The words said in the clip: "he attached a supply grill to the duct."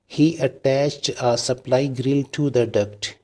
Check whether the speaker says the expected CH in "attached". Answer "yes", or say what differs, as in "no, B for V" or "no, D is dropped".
yes